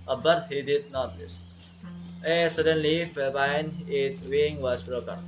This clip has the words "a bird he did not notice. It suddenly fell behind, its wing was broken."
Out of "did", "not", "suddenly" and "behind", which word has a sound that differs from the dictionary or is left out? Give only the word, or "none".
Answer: behind